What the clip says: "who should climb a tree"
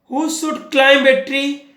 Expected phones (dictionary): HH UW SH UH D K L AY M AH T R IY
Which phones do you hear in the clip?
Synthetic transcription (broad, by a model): HH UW S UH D K L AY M AH T R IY